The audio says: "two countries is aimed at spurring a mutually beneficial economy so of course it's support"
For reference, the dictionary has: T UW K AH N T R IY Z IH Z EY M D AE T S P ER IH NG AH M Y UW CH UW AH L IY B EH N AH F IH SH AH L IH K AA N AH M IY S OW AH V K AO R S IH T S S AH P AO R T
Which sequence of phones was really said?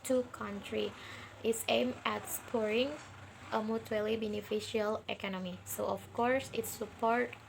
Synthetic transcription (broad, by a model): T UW K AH N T R IY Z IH S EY M AE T S P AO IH NG AH M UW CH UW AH L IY B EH N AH F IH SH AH L IH K AA N AH M IY S OW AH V K AO R S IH T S S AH P AO R T